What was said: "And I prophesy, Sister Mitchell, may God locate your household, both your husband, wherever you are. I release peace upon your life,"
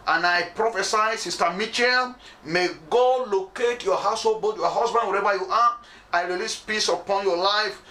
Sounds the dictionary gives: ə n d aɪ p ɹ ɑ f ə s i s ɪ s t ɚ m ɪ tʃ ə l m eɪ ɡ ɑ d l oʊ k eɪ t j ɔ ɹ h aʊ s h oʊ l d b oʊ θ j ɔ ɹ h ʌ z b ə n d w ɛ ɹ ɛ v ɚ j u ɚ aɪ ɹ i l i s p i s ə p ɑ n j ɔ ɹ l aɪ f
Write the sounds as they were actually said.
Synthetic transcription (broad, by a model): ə n aɪ p ɹ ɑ f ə s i s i s t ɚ m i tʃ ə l m eɪ ɡ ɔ l oʊ k eɪ t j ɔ h aʊ s h oʊ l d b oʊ t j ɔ h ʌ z b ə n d w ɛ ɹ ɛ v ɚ j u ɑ aɪ ɹ i l i s p i s ə p ɑ n j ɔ l aɪ f